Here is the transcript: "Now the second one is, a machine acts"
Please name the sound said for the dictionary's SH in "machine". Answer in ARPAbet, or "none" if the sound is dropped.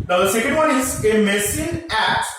S